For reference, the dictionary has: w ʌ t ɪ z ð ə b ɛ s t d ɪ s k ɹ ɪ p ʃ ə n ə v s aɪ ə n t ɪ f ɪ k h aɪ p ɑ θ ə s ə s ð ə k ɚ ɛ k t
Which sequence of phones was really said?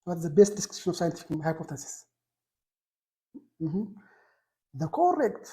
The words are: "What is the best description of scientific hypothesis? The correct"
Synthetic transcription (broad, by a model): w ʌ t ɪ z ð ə b ɛ s t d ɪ s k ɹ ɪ ʃ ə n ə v s aɪ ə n t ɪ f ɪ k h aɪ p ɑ t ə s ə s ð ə k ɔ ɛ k t